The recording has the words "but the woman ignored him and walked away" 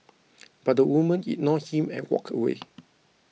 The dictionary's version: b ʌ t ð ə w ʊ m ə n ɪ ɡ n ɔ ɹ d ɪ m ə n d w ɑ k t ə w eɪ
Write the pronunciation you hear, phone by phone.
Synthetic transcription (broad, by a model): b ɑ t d ə w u m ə n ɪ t n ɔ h ɪ m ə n w ɑ k ə w eɪ